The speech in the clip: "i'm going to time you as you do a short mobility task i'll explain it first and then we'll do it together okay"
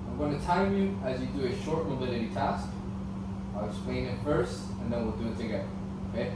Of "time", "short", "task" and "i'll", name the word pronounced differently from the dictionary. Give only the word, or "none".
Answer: none